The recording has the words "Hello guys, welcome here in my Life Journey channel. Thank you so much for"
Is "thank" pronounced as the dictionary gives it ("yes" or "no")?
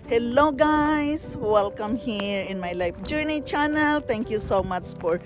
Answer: no